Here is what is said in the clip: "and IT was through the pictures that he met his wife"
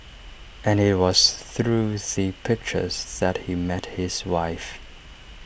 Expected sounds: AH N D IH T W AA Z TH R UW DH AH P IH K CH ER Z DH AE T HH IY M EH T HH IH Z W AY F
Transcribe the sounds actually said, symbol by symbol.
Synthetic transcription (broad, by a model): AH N IH T W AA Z TH R UW DH AH P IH K CH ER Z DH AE T HH IY M EH T HH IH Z W AY F